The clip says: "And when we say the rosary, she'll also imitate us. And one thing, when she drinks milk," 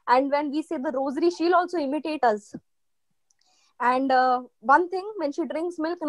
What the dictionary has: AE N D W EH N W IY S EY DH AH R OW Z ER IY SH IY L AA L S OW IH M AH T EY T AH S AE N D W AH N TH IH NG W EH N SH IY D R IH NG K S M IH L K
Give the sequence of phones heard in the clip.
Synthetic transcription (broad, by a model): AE N D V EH N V IY S EY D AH R OW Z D IY SH IY L AA L S OW IH M AH T EY T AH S AE N D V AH N T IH NG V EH N SH IY D R IH NG K S M IH L K